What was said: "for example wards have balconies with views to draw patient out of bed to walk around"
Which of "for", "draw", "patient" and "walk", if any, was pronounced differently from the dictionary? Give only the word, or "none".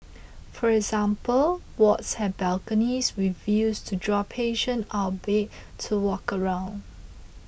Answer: patient